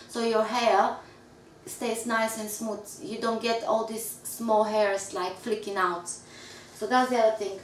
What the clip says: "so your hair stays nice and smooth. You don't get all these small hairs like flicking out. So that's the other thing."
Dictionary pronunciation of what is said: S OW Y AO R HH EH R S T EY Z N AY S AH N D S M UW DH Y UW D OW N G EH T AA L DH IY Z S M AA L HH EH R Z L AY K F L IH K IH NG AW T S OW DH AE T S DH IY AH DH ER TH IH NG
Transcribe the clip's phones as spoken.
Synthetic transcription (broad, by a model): S OW Y AO R HH EH R S T EY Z N AY S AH N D S M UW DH Y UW D OW N G EH T AA L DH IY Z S M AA L HH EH R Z L AY K F L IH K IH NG AW T S OW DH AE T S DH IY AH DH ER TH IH NG